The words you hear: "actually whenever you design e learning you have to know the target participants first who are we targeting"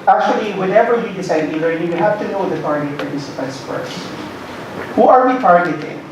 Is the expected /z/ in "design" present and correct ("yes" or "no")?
no